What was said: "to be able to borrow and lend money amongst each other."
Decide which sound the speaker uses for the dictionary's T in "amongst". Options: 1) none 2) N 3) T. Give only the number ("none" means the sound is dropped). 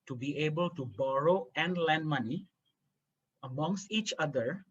3